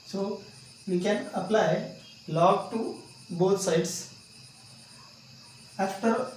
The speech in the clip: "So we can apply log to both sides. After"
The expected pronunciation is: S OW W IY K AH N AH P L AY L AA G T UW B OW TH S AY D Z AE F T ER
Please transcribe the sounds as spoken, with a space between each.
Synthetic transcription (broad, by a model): S OW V IY K AH N AH P L AY L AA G T UW B OW T S AY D S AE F T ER